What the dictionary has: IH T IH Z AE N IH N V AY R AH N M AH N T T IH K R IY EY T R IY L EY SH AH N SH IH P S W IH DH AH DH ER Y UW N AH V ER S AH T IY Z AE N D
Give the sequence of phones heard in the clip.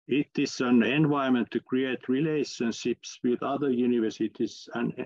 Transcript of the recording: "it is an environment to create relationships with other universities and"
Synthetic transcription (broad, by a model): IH T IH S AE N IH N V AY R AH M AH N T T IH K R IY EY T R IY L EY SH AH N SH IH P S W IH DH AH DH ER Y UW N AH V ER S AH T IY S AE N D